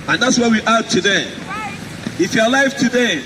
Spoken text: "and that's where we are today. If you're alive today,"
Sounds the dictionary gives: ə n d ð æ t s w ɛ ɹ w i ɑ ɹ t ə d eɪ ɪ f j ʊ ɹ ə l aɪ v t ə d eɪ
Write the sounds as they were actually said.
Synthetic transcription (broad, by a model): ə n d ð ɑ t s w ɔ w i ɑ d t ə d eɪ ɪ f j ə l aɪ f t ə d eɪ